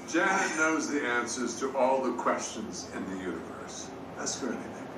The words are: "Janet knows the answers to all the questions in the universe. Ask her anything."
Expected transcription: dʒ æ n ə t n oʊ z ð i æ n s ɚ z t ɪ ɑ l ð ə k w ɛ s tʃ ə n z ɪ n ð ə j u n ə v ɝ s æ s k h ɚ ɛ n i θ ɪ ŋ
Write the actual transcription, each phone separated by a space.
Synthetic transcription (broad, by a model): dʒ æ n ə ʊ z ð i æ n s ɚ z t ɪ ɑ l ð ə k w ɛ s tʃ ə n z ɪ n ð ə j u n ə v ɝ s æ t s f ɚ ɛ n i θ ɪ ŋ